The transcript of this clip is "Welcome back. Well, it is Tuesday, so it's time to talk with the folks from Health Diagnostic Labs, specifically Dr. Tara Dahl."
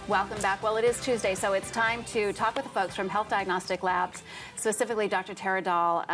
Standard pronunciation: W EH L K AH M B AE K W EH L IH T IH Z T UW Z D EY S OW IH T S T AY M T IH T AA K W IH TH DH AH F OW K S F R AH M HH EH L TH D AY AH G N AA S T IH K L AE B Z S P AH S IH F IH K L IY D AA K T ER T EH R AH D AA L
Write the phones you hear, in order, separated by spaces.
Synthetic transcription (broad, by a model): W EH L K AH M B AE K W EH L IH T IH Z T UW Z D EY S OW IH T S T AY M T IH T AA K W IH DH AH F OW K S F R AH M HH EH L TH D AY AH G N AA S T IH K L AE B Z S P AH S IH F IH K L IY D AA K T ER T EH R AH D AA L